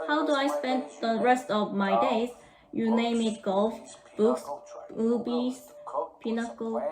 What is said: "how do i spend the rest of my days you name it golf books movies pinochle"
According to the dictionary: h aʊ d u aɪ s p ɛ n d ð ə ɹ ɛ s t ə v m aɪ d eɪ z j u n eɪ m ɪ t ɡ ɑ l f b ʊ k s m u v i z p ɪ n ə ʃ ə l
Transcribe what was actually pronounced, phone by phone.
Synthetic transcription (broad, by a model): h aʊ d u aɪ s p ɛ n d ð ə ɹ ɛ s t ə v m aɪ d eɪ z j u n eɪ m ɪ t ɡ ɑ l f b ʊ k s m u b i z p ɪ n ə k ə